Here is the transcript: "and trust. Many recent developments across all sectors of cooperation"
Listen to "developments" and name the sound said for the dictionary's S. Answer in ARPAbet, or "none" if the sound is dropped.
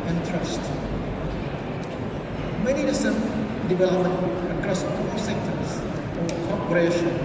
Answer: none